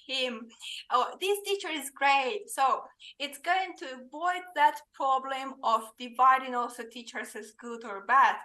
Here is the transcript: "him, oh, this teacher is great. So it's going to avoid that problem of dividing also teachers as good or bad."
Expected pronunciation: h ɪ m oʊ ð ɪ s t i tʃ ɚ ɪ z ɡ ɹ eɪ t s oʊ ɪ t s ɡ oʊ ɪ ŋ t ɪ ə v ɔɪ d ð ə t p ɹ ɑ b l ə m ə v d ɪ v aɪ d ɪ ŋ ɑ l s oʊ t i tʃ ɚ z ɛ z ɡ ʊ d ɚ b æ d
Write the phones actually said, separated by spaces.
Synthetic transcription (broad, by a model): h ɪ m oʊ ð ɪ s t i tʃ ɚ ɪ z ɡ ɹ eɪ t s oʊ ɪ t s ɡ oʊ ɪ ŋ t ɪ ə v ɔɪ d ð ə t p ɹ ɑ b l ə m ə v d ɪ v aɪ d ɪ ŋ ɑ l s oʊ t i tʃ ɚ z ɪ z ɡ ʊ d ɚ b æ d